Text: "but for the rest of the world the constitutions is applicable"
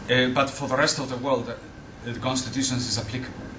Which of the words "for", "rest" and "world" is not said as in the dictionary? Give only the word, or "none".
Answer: none